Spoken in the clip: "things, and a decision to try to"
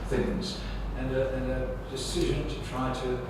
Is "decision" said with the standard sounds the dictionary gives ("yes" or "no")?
yes